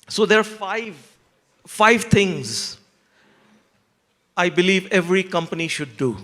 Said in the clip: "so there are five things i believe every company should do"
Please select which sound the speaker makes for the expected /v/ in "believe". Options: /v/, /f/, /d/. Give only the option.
/v/